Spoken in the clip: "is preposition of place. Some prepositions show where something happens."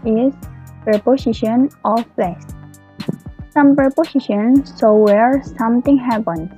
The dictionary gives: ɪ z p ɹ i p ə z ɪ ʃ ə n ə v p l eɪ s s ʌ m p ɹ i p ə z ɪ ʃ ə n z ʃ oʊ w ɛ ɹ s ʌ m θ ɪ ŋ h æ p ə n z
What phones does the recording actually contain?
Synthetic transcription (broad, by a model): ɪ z p ɹ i p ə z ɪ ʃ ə n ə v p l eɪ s s ʌ m p ɹ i p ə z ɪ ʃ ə n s oʊ w ɛ ɹ s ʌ m t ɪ ŋ h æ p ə n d